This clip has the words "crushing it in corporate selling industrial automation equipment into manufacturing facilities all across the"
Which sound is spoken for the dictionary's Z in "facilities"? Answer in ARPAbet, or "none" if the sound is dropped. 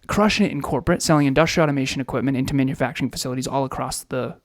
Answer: Z